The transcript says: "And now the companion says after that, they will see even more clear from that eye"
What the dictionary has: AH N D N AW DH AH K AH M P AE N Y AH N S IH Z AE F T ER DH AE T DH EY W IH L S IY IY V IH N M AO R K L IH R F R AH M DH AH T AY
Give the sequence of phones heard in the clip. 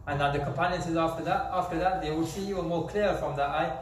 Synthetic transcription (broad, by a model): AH N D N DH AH K AH M P AE N Y AH N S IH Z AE F T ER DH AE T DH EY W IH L S IY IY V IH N M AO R K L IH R F R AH M DH AH T AY